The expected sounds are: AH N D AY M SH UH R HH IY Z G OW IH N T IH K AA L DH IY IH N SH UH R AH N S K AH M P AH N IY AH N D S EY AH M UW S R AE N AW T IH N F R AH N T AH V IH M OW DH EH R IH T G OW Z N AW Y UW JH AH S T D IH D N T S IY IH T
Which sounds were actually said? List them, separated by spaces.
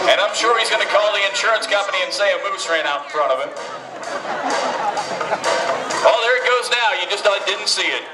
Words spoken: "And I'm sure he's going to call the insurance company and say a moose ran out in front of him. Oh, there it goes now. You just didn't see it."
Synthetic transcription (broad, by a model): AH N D AY M SH UH R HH IY Z G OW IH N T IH K AA L DH IY IH N SH UH R AH N S K AH M P AH N IY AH N S EY AH M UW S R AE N AW T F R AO T AH V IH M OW DH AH R IH T G OW Z N AW Y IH JH AH S T D IH D N T S IY IH T